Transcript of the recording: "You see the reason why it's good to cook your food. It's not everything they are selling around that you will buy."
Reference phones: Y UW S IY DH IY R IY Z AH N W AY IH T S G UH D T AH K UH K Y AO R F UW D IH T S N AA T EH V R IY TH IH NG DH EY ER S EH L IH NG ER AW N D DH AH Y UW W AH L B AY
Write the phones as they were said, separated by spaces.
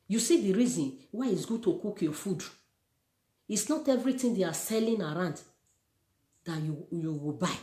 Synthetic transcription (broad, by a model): Y UW S IY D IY R IY Z AH N W AY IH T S G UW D T AH K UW K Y AO F UW D IH T S N AA T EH V R IY T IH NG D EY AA S EH L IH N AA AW N D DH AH Y UW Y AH W B AY